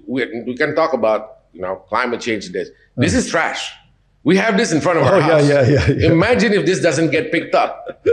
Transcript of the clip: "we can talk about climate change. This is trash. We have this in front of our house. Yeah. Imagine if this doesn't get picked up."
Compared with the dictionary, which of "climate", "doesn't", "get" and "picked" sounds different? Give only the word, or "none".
none